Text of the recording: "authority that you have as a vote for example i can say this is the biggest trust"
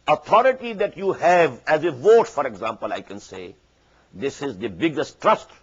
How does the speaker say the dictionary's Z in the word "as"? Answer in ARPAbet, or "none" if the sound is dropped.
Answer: Z